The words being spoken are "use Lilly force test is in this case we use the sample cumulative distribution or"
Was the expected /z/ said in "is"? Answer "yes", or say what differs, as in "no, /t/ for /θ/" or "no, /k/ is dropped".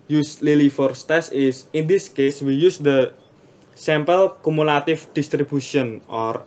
no, /s/ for /z/